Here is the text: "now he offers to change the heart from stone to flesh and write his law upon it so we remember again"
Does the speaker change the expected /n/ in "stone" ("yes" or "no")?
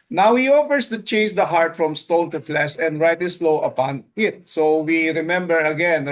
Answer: yes